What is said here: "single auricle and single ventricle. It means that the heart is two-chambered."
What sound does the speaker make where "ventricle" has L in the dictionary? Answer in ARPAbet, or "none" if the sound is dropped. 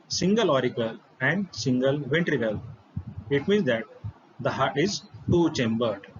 L